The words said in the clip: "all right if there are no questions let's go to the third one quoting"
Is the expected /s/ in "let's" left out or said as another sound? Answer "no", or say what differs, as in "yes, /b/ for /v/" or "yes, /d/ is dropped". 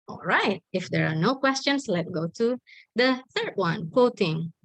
yes, /s/ is dropped